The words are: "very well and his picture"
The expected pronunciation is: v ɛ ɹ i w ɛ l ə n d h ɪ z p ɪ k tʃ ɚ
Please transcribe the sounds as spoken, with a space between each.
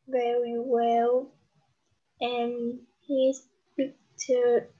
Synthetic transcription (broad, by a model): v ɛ ɹ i w ɛ l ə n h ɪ s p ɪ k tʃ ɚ